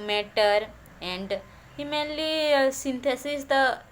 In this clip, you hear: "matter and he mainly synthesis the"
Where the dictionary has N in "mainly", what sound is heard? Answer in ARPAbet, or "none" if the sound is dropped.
none